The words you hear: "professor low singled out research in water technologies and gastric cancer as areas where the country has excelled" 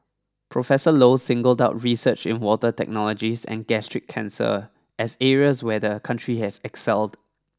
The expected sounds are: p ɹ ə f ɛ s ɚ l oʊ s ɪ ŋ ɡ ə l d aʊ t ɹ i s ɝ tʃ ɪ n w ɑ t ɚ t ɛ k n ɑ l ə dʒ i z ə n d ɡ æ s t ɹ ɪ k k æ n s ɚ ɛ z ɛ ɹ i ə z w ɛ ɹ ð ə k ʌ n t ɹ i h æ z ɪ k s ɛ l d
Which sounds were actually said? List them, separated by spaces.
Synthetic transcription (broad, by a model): p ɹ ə f ɛ s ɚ l oʊ s ɪ ŋ ɡ ə l d aʊ t ɹ i s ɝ tʃ ɪ n w ɑ t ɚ t ɛ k n ɑ l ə dʒ i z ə n ɡ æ s t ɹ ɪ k k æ n s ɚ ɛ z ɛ ɹ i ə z w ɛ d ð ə k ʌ n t ɹ i h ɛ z ɪ k s ɛ l d